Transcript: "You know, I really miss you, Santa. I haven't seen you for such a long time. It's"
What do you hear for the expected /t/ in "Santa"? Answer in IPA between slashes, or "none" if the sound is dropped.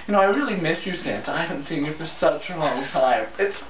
/s/